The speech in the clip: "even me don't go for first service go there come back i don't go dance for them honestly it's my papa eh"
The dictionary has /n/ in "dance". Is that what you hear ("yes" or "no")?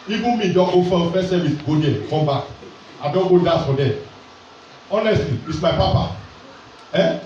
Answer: no